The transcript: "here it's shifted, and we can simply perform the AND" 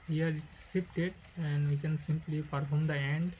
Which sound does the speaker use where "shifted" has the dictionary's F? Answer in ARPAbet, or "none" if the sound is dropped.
P